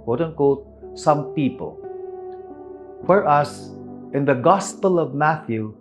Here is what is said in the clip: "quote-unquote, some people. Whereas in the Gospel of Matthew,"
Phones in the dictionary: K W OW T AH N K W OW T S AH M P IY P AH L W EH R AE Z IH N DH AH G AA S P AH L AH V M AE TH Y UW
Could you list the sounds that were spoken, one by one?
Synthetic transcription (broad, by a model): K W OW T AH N K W OW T S AH M P IY P AH L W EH R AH S IH N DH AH G AA S P AH L AH V M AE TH Y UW